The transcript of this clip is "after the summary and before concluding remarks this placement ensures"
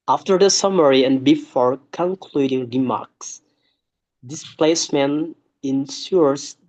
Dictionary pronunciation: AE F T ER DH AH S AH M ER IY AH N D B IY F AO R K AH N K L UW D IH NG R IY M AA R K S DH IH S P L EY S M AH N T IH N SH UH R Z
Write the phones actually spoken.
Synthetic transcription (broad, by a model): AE F T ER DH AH S AH M ER IY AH N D B IY F AO R K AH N K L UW D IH NG R IY M AA R K S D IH S P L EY S M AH N IH N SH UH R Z